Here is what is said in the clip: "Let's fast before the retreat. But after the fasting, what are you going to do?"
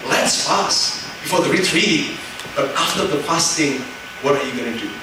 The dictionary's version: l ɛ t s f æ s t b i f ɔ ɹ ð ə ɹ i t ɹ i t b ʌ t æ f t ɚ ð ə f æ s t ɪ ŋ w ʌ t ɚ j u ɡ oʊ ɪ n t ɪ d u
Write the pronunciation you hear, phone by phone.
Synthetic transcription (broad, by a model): l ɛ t s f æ s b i f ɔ ɹ ð ə ɹ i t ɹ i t b ʌ t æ f t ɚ ð ə p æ s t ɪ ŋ w ʌ t ɚ j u ɡ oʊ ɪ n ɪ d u